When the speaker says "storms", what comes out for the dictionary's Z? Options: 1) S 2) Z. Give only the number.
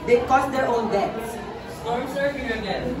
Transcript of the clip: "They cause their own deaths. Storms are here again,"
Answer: 1